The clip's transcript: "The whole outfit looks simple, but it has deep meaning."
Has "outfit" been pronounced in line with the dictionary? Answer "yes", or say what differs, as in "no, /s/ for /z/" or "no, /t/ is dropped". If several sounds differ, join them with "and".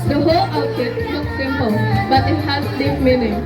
no, /f/ is dropped